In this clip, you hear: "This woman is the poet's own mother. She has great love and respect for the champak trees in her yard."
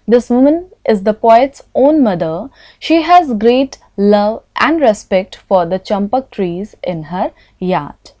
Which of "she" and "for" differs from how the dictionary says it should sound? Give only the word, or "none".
none